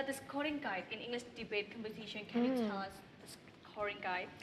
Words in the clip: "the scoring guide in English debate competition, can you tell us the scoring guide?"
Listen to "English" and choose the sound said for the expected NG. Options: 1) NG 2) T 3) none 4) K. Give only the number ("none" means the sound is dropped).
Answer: 1